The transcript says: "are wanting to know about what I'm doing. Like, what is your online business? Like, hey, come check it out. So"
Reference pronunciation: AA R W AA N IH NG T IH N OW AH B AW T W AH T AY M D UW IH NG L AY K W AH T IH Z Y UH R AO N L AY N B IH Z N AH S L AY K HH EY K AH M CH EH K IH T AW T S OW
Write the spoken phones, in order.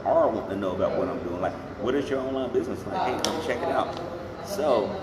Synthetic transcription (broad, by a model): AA R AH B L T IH N OW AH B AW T W AH T AY M D UW IH NG L AY K W AH T IH Z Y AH R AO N L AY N B IH Z N AH S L AY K HH EY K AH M CH EH K IH T AW T S OW